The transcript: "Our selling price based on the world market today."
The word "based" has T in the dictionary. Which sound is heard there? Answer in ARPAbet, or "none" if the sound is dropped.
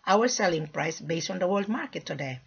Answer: T